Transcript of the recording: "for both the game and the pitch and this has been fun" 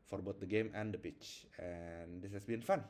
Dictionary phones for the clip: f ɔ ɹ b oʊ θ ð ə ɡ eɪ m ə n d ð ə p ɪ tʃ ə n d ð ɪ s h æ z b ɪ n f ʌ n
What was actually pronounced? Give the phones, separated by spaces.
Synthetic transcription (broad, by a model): f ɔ ɹ b oʊ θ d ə ɡ eɪ m ə n d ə p ɪ tʃ ə n d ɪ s h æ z b ɪ n f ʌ n